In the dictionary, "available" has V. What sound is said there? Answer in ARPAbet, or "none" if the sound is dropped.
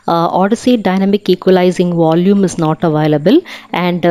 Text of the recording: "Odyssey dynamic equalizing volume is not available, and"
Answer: V